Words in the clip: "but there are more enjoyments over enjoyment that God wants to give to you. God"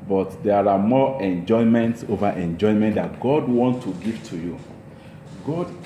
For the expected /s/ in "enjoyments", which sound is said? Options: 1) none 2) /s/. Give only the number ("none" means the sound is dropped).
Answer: 2